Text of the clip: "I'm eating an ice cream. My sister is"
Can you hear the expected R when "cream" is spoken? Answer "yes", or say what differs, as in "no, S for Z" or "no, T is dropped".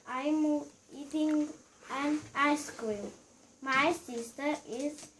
no, R is dropped